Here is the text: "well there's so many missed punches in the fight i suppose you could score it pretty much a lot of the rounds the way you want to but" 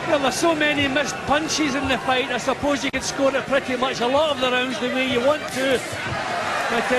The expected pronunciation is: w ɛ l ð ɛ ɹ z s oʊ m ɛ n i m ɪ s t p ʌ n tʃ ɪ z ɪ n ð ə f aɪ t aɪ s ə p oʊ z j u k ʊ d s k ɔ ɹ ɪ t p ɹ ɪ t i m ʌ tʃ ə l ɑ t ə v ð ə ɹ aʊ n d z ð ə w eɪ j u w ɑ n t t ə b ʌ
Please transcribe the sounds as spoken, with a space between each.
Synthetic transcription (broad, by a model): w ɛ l ð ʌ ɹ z s oʊ m ɛ n i m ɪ s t p ʌ n tʃ ɪ z ɪ n ð ə f aɪ t aɪ s ə p oʊ z j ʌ k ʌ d s k ɔ ɹ ɪ t p ɹ ɪ t i m ʌ tʃ ə l ɑ t ə v ð ə ɹ aʊ n d z ð ə w eɪ j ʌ w ɑ n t t ə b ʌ